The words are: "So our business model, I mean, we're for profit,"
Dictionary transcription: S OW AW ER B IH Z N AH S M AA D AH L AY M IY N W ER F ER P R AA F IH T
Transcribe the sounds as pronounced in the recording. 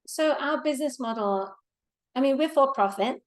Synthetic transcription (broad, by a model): S OW AW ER B IH Z N AH S M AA D L AY M IY N W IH F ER P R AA F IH T